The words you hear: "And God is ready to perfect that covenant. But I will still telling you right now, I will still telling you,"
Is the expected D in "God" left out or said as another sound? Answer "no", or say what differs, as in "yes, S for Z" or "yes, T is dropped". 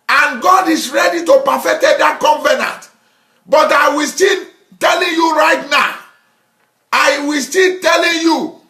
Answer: no